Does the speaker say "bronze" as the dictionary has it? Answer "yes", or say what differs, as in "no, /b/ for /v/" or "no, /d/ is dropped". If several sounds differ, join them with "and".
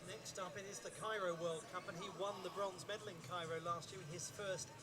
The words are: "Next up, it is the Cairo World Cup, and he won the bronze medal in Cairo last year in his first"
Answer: yes